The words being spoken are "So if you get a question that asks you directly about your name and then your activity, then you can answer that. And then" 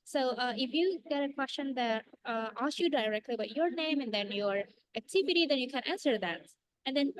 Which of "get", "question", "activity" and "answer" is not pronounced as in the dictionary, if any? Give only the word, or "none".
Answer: none